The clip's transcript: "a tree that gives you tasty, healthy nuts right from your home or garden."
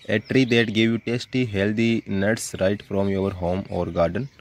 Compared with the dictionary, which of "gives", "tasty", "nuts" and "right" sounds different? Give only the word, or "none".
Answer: gives